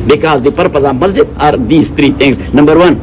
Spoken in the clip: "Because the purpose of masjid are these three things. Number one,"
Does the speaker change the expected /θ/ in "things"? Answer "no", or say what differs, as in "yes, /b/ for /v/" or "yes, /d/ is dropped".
yes, /t/ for /θ/